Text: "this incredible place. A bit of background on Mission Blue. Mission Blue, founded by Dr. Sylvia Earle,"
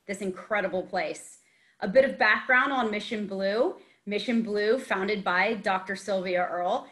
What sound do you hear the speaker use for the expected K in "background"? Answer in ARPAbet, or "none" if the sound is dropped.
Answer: K